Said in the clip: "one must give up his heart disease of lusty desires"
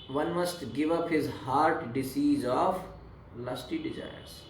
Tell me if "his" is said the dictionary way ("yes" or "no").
yes